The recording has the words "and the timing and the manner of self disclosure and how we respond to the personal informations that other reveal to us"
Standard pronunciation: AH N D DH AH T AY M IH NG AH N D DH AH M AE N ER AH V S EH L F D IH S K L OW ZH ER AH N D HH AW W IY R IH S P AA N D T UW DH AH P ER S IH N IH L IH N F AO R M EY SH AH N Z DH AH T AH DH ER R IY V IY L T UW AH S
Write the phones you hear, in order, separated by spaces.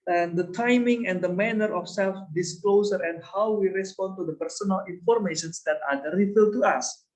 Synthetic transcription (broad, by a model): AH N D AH T AY M IH NG AH N D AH M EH N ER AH F S EH L F D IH S K L OW S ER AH N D HH AW W IY R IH S P AA N T UW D AH P ER S IH N IH L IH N F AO R M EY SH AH N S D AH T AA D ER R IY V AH T UW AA S